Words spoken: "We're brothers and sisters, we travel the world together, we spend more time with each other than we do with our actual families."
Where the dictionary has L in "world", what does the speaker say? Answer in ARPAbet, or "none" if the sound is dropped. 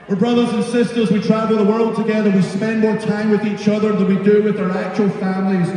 L